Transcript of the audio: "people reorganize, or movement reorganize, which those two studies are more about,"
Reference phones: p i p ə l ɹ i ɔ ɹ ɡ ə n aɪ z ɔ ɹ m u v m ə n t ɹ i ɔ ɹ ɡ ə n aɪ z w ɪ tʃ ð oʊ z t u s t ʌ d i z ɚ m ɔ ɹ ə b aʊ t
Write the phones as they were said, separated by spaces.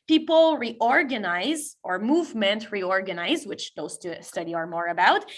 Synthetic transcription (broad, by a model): p i p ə l ɹ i ɔ ɹ ɡ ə n aɪ z ɔ ɹ m u v m ə n t ɹ i ɔ ɹ ɡ ə n aɪ z w ɪ tʃ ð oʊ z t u s t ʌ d i ɚ m ɔ ɹ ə b aʊ t